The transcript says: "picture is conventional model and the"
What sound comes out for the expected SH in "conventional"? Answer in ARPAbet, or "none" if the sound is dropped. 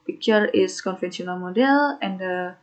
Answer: S